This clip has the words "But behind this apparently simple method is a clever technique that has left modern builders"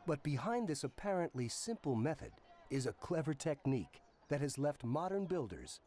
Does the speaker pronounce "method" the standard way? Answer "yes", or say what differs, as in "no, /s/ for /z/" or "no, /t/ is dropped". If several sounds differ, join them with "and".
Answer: yes